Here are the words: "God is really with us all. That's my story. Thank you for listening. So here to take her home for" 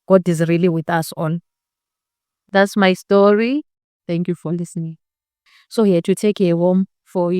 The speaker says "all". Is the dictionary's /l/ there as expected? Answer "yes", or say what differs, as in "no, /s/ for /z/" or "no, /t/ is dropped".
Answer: no, /n/ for /l/